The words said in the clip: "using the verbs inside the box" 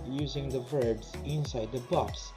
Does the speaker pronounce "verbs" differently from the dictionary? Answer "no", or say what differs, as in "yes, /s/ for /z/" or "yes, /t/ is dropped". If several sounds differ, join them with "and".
no